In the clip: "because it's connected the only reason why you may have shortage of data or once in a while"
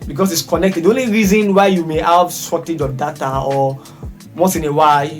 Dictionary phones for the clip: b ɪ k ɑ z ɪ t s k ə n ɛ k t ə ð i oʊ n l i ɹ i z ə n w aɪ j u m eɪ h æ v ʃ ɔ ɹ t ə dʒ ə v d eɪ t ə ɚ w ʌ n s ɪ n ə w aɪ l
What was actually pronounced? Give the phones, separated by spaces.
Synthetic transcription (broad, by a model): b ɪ k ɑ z ɪ t s k ə n ɛ k t ə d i oʊ n l i ɹ i z ə n w aɪ j u m eɪ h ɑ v s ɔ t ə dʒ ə d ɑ t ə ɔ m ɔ s ɪ n ə w aɪ